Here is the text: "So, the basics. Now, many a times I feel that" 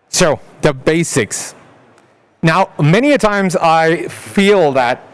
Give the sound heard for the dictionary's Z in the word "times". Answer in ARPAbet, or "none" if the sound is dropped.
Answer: Z